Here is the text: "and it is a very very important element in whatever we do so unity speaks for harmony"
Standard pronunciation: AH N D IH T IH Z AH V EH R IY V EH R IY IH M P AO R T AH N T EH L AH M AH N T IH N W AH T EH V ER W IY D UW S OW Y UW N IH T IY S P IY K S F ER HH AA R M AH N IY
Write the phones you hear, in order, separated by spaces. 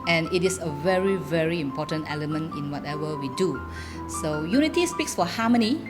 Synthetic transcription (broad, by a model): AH N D IH T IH S AH V EH R IY V EH R IY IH M P AO T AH N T EH L AH M AH N T IH N W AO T EH V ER W IY D UW S OW Y UW N IH T IY S P IY K S F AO HH AA M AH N IY